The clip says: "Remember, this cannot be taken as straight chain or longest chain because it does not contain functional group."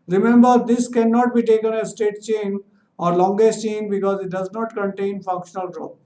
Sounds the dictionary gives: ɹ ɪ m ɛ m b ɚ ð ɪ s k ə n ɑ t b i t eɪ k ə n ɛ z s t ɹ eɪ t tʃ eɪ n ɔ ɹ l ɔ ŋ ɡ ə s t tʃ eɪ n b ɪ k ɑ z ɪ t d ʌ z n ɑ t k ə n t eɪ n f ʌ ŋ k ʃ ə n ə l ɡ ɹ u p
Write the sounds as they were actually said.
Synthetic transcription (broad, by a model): ɹ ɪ m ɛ m b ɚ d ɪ s k ə n ɑ t b i t eɪ k ə n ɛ s t eɪ t tʃ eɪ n ɔ ɹ l ɔ ŋ ɡ ə s t tʃ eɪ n b ɪ k ɑ z ɪ t d ʌ z n ɑ t k ə n t eɪ n f ʌ ŋ k ʃ ə n ə l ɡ ɹ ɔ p